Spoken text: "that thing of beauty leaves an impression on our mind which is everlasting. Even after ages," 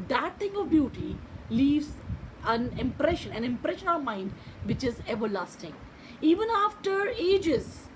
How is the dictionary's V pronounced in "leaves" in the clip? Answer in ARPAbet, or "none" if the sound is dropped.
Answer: V